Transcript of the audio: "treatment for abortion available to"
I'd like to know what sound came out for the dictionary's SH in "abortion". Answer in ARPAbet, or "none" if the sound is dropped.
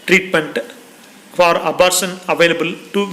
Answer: S